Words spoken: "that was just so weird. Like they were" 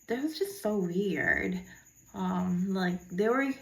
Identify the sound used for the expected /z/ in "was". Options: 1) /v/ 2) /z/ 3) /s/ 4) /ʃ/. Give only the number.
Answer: 2